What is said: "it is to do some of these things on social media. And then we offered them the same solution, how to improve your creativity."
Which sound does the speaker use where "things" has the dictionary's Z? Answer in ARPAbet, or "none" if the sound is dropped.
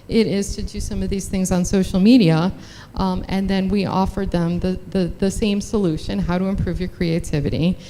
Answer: Z